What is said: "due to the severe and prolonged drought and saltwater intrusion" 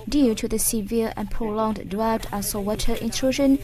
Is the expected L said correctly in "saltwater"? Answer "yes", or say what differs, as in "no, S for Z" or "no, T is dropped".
no, W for L